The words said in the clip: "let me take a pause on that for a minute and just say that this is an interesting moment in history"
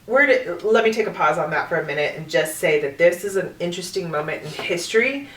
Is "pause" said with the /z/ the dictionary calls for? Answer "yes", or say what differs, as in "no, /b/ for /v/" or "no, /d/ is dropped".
yes